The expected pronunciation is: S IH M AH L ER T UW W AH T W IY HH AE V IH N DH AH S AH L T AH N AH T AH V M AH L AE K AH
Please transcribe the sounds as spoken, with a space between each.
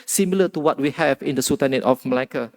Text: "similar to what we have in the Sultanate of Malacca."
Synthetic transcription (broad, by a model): S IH M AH L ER T UW W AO T W IY HH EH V IH N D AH S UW T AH N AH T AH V M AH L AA K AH